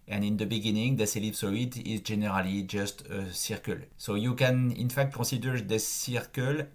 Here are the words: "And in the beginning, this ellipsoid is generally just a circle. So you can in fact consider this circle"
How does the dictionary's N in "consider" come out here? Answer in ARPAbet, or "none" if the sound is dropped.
none